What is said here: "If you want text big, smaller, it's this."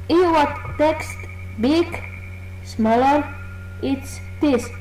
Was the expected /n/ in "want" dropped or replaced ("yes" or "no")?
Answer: yes